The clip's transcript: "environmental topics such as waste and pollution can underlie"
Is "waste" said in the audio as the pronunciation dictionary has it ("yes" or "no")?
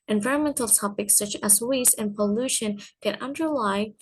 no